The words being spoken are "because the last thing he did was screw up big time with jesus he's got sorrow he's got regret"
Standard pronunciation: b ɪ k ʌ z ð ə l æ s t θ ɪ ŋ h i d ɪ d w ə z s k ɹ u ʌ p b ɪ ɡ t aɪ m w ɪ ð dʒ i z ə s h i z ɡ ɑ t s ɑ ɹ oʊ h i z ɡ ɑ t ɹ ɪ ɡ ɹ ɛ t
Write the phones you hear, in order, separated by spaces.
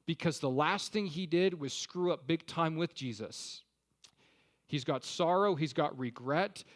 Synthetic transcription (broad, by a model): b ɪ k ʌ z ð ə l æ s t θ ɪ ŋ i d ɪ d w ə z s k ɹ u ʌ p b ɪ ɡ t aɪ m w ɪ ð dʒ i z ə s h i z ɡ ɑ t s ɑ ɹ oʊ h i z ɡ ɑ t ɹ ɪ ɡ ɹ ɛ t